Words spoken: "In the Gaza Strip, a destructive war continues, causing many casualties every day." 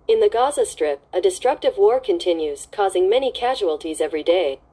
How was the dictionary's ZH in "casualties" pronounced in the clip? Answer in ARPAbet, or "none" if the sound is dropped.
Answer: ZH